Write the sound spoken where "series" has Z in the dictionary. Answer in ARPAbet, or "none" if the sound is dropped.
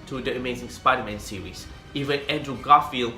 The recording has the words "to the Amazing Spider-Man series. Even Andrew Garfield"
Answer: S